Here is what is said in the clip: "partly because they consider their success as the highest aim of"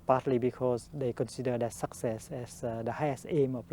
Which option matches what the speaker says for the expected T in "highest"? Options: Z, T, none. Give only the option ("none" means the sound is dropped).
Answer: none